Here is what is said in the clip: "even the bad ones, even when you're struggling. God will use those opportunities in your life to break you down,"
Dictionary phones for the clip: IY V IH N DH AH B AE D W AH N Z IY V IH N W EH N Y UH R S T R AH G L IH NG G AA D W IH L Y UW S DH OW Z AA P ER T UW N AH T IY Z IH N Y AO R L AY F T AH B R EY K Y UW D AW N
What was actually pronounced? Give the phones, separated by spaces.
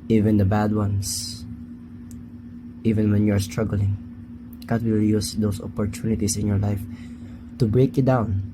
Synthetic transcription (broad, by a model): IY V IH N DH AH B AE D W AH N S IY V IH N W EH N Y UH R S T R AH G L IH NG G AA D W IH L Y UW S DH OW S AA P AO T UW N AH T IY S IH N Y AO R L AY F T AH B R EY K Y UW D AW N